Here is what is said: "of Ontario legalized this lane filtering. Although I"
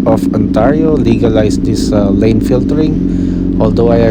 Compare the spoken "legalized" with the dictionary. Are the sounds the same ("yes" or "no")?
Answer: no